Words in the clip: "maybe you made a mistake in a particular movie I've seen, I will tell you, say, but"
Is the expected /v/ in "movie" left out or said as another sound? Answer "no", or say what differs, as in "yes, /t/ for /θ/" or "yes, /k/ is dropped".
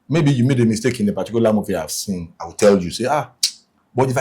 yes, /f/ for /v/